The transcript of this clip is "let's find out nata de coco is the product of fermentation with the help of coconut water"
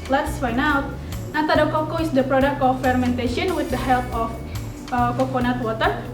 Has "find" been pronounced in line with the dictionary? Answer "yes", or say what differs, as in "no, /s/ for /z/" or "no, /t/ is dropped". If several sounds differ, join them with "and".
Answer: no, /d/ is dropped